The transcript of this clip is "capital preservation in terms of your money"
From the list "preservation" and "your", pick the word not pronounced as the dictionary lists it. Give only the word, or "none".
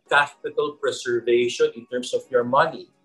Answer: preservation